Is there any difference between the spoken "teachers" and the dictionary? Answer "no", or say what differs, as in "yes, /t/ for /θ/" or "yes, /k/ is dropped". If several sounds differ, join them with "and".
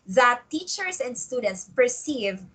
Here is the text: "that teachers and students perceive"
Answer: yes, /s/ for /z/